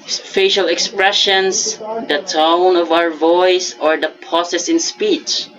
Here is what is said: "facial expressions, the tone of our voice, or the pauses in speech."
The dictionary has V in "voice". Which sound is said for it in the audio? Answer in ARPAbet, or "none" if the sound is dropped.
V